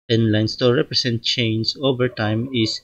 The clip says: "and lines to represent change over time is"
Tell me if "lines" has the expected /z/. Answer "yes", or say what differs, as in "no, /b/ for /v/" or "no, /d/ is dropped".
no, /s/ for /z/